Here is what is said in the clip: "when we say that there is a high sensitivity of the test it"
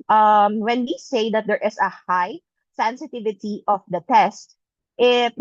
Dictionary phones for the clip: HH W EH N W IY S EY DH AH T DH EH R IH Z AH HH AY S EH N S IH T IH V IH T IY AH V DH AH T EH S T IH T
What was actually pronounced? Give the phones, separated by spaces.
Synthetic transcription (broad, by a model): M W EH N W IY S EY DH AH T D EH R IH S AH HH AY S EH N S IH T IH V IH T IY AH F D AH T EH S T IH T